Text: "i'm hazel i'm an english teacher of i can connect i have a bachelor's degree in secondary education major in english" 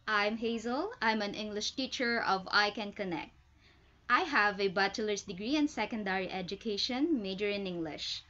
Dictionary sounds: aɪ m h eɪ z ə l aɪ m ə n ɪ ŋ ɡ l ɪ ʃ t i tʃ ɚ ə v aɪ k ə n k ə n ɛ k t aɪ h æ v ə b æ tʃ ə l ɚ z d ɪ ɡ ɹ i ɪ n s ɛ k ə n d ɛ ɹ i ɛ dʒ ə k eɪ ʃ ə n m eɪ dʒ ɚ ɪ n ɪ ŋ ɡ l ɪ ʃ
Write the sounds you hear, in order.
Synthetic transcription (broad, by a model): aɪ m h eɪ z ə l aɪ m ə n ɪ ŋ ɡ l ɪ ʃ t i tʃ ɚ ə v aɪ k ə n k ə n ɛ k t aɪ h æ v ə b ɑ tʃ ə l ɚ s d ɪ ɡ ɹ i ɪ n s ɛ k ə n d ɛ ɹ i ɛ dʒ ə k eɪ ʃ ə n m eɪ dʒ ɚ ɪ n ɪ ŋ ɡ l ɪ ʃ